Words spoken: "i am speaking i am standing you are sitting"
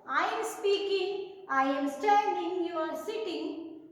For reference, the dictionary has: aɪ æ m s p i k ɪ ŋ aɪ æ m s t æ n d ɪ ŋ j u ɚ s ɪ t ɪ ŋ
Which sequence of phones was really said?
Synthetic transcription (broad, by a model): aɪ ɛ m s p i k ɪ ŋ aɪ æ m s t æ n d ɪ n j u ɚ s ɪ t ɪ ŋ